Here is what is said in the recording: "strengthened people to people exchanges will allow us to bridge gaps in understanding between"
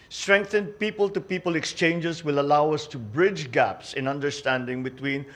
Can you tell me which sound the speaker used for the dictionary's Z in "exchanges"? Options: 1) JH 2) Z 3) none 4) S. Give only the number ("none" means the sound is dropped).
4